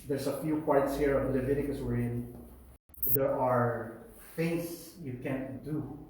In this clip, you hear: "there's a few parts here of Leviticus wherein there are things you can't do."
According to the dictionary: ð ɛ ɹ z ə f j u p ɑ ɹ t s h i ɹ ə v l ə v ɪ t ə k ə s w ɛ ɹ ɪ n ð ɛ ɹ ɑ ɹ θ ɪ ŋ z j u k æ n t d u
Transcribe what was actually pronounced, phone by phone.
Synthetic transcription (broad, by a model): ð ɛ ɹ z ə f j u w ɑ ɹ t s h i ɹ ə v l ə v ɪ t ə k ə s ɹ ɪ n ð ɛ ɹ ɑ ɹ f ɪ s j u k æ n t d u